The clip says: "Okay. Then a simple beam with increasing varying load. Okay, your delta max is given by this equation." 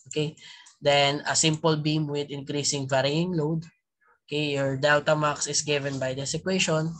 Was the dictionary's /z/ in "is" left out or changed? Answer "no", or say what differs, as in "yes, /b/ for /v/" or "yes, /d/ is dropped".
yes, /s/ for /z/